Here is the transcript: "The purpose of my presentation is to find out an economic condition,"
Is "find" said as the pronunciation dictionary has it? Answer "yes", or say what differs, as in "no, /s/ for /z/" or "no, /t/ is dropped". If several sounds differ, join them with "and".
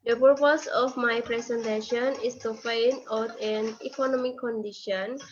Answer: no, /d/ is dropped